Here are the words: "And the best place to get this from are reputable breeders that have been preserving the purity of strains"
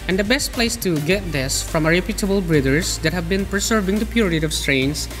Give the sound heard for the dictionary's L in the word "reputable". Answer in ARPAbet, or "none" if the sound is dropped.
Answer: L